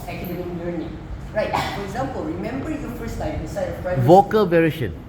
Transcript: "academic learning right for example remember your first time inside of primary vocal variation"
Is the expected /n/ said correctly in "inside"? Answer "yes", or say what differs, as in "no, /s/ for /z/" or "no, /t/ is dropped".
no, /n/ is dropped